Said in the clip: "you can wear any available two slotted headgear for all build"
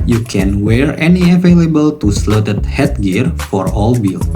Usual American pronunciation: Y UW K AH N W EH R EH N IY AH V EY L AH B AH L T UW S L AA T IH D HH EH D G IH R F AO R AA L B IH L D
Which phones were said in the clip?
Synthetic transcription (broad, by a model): Y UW K AH N W EH R EH N IY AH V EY L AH B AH L T UW S L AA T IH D HH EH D G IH R F AO R AA L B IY L